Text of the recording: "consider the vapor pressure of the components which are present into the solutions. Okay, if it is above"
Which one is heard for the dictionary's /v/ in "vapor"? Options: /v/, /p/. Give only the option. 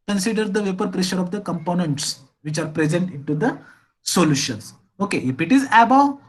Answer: /v/